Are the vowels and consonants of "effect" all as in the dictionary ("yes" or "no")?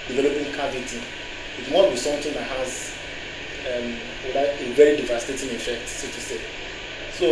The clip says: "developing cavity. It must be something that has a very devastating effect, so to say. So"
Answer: yes